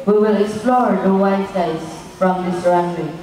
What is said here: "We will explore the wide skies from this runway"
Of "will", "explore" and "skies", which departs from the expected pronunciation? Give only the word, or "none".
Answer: skies